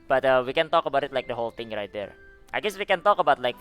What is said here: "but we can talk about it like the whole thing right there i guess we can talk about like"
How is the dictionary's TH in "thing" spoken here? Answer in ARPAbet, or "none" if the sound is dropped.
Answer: T